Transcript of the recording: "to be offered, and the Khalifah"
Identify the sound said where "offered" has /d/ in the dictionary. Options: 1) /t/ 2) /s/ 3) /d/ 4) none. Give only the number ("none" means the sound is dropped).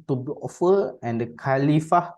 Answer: 4